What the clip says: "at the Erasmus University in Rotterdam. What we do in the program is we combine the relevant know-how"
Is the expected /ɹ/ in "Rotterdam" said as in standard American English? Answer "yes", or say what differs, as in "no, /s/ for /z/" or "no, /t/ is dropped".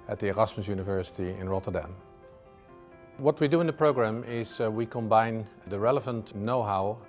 yes